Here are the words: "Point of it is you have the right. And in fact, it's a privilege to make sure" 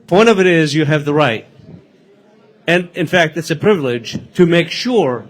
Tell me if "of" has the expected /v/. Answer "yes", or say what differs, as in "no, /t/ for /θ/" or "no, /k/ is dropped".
yes